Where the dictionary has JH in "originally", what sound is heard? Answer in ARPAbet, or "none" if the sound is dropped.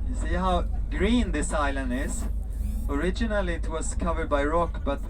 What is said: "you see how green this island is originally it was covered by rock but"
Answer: JH